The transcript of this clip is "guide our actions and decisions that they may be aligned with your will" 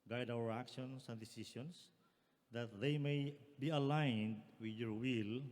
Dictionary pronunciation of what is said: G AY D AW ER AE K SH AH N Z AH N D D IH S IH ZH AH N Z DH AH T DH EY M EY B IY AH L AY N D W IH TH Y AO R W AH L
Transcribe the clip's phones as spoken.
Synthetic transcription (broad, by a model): G AY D AW ER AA K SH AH N S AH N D D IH S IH S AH N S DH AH T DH EY M EY B IY AH L AY N D W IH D Y AO R W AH L